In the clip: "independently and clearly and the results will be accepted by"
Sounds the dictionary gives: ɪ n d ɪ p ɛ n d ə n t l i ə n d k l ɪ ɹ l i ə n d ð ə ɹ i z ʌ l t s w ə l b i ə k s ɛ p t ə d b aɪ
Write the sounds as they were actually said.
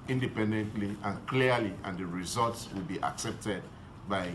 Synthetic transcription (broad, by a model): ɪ n d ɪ p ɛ n d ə n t l i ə n k l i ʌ l i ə n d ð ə ɹ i z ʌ l t s w ə l b i ə k s ɛ p t ə d b aɪ